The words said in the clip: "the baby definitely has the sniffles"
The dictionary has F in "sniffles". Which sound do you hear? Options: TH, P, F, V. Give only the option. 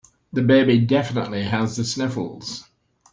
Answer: F